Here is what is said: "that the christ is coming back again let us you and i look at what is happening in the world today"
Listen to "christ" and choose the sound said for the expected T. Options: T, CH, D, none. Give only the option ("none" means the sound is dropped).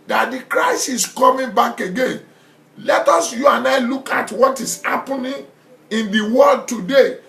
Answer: none